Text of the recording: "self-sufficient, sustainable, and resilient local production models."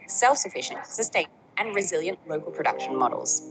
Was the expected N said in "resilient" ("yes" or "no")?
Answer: yes